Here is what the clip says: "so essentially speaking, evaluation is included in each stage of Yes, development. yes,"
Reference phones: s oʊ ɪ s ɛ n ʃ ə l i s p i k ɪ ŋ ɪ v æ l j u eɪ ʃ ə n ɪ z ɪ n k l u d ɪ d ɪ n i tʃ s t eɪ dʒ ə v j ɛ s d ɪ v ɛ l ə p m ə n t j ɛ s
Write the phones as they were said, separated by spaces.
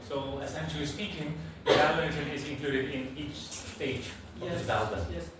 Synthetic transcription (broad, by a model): s oʊ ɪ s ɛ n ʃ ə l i s p i k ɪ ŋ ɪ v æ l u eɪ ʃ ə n ɪ z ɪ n k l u d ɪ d ɪ n i tʃ s t eɪ ə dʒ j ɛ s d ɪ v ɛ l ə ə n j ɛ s